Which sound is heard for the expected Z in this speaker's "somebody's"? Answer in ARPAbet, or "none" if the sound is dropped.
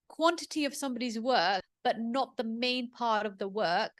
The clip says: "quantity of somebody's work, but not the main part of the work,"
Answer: Z